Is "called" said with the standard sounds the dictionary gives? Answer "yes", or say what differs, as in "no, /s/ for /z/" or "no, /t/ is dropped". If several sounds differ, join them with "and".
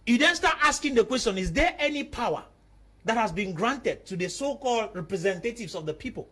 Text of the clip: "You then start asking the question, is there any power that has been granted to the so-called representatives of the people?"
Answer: yes